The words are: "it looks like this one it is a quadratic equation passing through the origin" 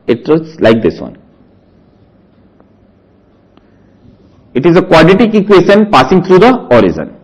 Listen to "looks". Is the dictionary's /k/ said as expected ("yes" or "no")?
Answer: no